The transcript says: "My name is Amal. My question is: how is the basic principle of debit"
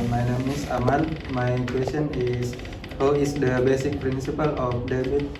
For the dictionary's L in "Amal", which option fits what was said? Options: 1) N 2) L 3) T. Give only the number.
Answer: 1